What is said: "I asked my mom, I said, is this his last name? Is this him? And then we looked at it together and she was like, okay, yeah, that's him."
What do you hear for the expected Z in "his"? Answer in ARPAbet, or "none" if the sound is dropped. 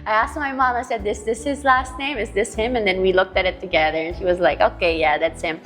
Z